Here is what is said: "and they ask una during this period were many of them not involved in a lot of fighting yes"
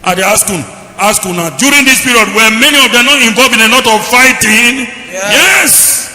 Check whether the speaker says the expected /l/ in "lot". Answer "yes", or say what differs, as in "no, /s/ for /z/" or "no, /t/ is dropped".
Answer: no, /n/ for /l/